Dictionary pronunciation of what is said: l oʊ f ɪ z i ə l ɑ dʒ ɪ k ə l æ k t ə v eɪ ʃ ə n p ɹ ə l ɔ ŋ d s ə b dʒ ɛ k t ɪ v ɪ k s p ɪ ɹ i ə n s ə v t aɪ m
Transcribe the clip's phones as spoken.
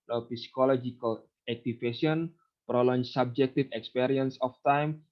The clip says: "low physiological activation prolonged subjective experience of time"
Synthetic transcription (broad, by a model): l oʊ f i s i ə l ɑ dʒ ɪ k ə l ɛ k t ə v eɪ s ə n p ɹ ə l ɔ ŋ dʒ s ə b dʒ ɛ k t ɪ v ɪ k s p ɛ ɹ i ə n s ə f t aɪ m